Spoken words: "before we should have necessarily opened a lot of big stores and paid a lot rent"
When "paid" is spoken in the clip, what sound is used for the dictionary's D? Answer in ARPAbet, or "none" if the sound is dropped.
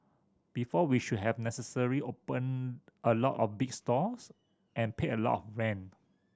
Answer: none